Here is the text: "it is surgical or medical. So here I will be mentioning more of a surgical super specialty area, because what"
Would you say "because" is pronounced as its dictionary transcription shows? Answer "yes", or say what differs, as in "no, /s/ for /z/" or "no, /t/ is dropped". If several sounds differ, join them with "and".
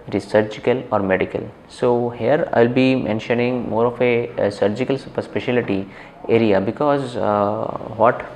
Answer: yes